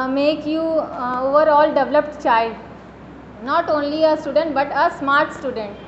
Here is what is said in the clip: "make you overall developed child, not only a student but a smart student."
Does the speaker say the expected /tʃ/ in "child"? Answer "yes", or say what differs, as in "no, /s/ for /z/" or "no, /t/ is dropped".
yes